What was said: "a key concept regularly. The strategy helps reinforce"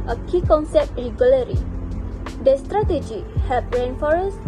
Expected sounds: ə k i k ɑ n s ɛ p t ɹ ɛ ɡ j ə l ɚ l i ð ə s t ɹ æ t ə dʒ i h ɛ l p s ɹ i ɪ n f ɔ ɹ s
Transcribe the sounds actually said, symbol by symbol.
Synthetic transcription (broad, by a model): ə k i k ɑ n s ɛ p t ɹ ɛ ɡ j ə l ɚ i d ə s t ɹ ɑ t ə dʒ i h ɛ p ɹ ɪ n f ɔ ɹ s